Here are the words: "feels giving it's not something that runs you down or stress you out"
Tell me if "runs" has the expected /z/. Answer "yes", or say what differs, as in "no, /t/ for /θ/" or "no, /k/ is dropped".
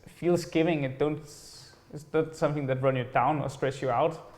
no, /z/ is dropped